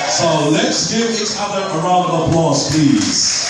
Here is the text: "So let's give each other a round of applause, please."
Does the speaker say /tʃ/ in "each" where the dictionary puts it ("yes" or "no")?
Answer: no